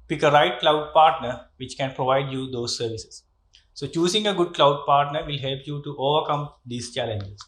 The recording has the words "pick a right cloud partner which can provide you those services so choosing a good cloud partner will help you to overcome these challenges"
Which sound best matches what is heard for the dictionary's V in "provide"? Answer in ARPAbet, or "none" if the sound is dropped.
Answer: V